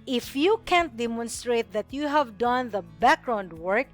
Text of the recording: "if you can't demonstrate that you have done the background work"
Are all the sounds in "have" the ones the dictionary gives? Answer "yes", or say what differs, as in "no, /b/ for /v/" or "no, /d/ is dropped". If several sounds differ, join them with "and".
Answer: yes